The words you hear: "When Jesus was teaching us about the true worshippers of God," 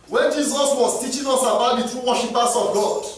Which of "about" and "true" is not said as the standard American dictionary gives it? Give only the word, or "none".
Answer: none